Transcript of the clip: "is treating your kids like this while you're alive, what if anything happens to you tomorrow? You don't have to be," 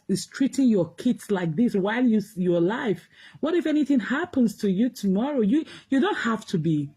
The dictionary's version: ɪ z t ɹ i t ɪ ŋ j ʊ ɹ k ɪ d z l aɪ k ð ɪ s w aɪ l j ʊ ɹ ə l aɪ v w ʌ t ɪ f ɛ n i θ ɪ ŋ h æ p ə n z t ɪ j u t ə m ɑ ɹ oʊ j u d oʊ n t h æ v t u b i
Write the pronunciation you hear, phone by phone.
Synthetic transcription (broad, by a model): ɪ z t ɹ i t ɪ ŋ j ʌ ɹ k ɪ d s l aɪ k ð ɪ s w aɪ l j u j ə l aɪ f w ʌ t ɪ f ɛ n i θ ɪ ŋ h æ p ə n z t ɪ j u t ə m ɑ ɹ oʊ j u d oʊ n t h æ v t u b i